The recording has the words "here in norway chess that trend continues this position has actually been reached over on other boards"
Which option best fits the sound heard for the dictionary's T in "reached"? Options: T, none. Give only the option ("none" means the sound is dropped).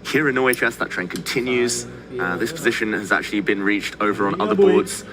T